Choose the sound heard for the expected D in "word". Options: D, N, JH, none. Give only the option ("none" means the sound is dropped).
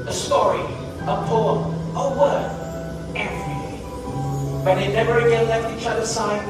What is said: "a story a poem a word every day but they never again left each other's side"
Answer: none